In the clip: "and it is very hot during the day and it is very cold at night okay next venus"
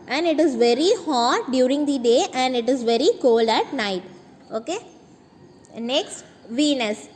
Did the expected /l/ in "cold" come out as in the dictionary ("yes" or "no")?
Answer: yes